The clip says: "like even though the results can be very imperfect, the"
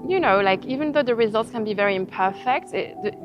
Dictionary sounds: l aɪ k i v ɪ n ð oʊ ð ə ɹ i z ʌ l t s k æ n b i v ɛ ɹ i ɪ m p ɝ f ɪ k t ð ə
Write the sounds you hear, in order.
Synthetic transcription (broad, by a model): l aɪ k i v ɪ n ð oʊ ð ə ɹ i z ʌ l t s k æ n b i v ɛ ɹ i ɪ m p ɝ f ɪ k t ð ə